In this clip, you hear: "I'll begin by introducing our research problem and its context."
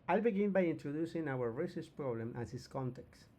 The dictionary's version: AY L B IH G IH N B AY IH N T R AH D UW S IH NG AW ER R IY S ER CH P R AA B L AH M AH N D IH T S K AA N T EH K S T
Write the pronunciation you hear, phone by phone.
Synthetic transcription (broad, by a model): AY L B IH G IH N B AY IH N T R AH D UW S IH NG AW ER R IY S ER S P R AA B L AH M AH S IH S K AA N T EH K S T